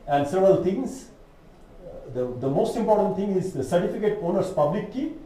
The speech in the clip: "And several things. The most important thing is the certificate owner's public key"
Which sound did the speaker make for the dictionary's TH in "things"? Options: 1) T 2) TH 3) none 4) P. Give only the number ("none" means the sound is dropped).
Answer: 1